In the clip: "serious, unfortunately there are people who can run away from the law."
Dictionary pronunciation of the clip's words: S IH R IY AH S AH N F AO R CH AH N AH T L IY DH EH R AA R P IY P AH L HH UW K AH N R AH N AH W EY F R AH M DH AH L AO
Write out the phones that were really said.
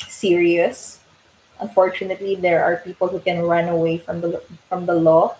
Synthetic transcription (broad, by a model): S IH R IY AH S AH N F AO R CH AH N AH T L IY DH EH R AA R P IY P AH L HH UW K AH N R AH N AH W EY F R AH M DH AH L AO